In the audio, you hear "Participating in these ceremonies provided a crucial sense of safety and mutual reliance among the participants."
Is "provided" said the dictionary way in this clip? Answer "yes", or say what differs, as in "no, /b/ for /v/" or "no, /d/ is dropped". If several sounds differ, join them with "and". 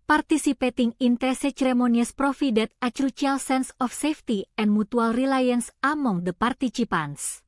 no, /f/ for /v/